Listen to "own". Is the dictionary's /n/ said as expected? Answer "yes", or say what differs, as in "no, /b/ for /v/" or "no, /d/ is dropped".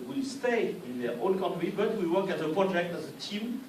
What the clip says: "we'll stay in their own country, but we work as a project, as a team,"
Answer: no, /l/ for /n/